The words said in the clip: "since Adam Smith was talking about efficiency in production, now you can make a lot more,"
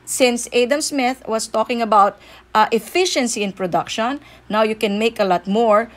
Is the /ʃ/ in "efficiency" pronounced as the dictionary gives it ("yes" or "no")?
yes